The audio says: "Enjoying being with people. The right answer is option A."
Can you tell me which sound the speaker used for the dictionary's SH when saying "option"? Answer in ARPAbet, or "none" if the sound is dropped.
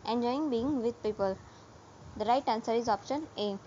SH